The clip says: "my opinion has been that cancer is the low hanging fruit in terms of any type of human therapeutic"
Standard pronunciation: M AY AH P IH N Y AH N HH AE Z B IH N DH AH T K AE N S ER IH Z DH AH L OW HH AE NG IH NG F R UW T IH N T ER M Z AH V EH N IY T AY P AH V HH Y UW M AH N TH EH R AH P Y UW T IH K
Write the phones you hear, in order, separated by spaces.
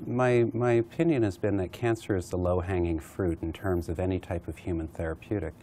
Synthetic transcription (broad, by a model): M AY AH P IH N Y AH N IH Z B IH N DH AH T K AE N S ER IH Z DH AH L OW HH AE NG IH NG F R UW T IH N T ER M Z AH V EH N IY T AY P AH V HH Y UW M AH N TH EH R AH P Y UW T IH K